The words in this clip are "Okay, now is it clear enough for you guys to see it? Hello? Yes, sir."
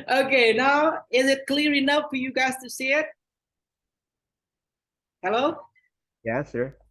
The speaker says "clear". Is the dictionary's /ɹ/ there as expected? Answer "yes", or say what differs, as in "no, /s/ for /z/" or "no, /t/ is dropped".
yes